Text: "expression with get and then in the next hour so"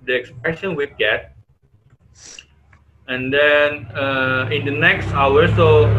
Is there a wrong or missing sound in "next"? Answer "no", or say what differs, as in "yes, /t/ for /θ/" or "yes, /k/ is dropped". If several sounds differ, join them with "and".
no